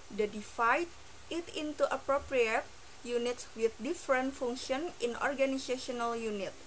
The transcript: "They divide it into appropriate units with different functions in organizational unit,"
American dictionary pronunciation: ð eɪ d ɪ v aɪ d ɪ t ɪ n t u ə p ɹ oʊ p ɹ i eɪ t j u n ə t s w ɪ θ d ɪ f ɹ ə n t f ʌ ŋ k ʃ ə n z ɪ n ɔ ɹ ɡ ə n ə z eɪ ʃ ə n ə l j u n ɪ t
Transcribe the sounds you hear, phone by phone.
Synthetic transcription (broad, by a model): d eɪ d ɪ f aɪ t ɪ t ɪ n t u ə p ɹ oʊ p ɹ i eɪ t j u n ə t s w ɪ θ d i f ɹ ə n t f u ŋ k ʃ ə n ɪ n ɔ ɹ ɡ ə n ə s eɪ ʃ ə n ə l j u n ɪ t